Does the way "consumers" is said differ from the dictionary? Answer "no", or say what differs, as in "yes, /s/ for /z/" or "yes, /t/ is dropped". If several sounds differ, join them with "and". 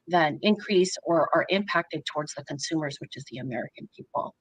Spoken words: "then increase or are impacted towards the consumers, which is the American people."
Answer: no